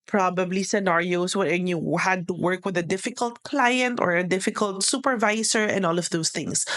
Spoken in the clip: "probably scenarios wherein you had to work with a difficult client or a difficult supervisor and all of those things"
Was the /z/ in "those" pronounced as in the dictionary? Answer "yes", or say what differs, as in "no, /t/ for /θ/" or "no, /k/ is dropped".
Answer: no, /s/ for /z/